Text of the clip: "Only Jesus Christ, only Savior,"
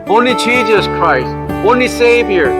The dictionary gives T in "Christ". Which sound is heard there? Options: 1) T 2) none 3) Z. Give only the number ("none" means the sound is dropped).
1